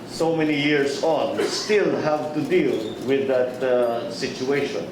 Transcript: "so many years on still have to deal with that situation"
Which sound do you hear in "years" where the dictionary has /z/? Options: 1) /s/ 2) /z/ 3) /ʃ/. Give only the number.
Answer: 1